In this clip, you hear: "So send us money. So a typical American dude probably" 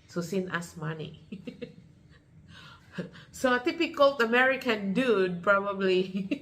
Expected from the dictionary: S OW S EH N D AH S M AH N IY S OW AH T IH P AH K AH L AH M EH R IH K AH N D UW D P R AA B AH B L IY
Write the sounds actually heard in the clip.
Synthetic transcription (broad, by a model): S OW S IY N AH S M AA N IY S OW AH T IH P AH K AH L AH M EH R IH K AH N D UW D P R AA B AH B L IY